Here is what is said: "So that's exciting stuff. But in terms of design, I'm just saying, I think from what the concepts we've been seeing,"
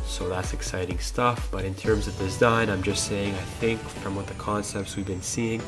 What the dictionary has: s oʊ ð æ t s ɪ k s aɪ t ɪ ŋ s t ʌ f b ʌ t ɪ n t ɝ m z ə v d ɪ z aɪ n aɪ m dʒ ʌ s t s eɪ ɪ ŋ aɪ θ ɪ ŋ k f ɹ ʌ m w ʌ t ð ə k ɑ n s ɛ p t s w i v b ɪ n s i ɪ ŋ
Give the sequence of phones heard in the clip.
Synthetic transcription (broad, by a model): s oʊ ð æ t s ɪ k s aɪ t ɪ ŋ s t ʌ f b ʌ t ɪ n t ɝ m z ə v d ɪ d aɪ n aɪ m dʒ ʌ s t s eɪ ɪ ŋ aɪ θ ɪ ŋ k f ɹ ʌ m w ʌ t ð ə k ɑ n s ɛ p t s w i v b ɪ n s i ɪ ŋ